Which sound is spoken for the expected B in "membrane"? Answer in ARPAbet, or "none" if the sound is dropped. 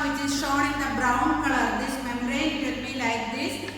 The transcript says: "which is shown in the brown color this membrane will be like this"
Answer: none